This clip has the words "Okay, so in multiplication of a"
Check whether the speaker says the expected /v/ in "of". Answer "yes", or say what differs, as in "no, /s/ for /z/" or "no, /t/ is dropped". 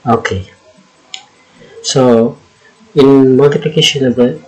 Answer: no, /b/ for /v/